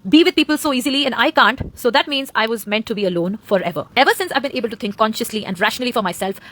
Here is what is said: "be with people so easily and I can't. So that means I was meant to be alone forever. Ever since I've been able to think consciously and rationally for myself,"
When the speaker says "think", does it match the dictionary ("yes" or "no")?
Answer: no